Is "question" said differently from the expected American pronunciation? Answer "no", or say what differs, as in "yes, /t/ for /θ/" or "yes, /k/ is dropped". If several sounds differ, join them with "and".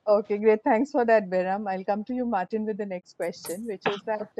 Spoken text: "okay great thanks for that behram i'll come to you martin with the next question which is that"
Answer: no